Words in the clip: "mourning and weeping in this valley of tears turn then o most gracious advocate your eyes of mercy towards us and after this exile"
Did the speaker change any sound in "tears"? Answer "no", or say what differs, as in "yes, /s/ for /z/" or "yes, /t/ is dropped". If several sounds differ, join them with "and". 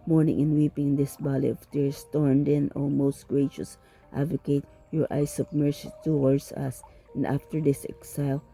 yes, /s/ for /z/